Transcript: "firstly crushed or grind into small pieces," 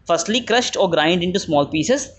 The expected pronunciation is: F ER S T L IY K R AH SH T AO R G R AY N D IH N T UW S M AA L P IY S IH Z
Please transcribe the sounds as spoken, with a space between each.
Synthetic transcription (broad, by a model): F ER S T L IY K R AH SH T AO R G R AY N D IH N T UW S M AA L P IY S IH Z